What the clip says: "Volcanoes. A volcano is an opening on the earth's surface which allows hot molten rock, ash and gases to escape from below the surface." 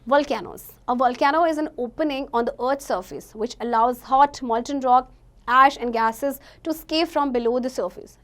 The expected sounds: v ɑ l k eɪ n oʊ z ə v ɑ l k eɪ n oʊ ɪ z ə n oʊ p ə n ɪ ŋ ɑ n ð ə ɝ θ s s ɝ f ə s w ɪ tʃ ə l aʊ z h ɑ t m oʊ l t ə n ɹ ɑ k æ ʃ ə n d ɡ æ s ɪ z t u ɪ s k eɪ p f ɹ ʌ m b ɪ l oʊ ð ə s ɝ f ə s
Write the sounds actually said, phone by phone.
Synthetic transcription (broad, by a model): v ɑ l k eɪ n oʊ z ə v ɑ l k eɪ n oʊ ɪ z ə n oʊ p ə n ɪ ŋ ɑ n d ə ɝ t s s ɝ f ə s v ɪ tʃ ə l aʊ z h ɑ t m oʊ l t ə n ɹ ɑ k æ ʃ ə n d ɡ æ s ɪ z t u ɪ s k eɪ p f ɹ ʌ m b ɪ l oʊ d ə s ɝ f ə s